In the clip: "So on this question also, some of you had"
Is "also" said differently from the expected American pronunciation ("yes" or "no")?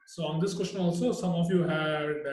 no